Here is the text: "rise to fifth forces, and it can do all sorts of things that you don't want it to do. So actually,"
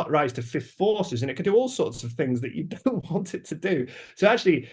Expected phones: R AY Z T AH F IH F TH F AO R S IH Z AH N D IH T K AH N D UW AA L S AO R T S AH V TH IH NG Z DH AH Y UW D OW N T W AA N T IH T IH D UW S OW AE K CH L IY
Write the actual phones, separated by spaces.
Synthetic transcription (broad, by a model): R AY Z T AH F IH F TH F AO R S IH Z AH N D IH T K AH N D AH AA L S AO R T S AH V TH IH NG Z DH AH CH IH D OW N T W AA N T IH T IH D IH S OW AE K CH L IY